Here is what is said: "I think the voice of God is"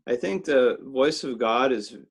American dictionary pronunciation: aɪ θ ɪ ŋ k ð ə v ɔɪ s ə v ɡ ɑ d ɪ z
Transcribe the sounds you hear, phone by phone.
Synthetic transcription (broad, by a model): aɪ θ ɪ ŋ k ð ə v ɔɪ s ə v ɡ ɑ d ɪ z